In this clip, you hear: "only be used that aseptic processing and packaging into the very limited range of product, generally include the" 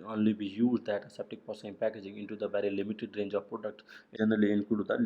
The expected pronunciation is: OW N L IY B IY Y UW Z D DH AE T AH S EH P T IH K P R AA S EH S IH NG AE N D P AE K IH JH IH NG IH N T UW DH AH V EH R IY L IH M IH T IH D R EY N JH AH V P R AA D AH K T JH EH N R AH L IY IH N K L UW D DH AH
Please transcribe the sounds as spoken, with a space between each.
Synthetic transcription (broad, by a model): OW N L IY B IY Y UW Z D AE T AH S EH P T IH K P AA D S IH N P AE K IH JH IH NG IH N T UW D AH V EH R IY L IH M IH T IH D R EY N JH AH V P R AA D AH K T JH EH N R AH L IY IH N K UW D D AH